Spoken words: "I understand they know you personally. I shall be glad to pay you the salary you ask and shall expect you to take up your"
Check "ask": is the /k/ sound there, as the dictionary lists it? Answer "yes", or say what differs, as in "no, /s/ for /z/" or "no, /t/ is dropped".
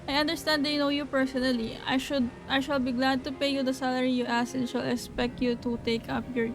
no, /k/ is dropped